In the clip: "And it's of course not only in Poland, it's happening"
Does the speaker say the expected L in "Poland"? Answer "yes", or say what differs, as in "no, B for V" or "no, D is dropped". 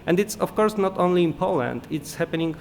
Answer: yes